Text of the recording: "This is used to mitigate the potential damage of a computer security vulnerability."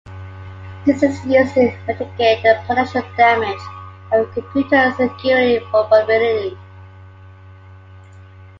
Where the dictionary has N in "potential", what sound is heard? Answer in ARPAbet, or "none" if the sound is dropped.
none